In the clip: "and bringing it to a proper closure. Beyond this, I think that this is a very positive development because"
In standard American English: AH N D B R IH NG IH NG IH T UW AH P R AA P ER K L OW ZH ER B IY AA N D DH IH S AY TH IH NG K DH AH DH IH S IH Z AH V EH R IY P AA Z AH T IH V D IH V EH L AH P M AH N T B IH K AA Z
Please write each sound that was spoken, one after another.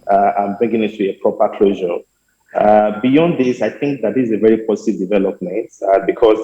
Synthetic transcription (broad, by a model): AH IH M B R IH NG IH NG IH T UW AH P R AA P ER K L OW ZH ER B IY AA N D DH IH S AY TH IH NG K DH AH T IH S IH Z AH V EH R IY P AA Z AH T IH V D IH V EH L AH P M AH N T B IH K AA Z